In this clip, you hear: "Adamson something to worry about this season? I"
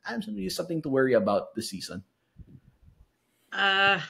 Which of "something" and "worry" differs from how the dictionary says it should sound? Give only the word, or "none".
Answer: none